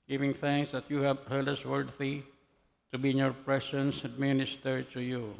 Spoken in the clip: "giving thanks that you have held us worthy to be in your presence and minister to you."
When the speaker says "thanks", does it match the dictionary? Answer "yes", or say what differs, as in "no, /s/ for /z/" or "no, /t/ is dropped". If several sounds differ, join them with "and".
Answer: yes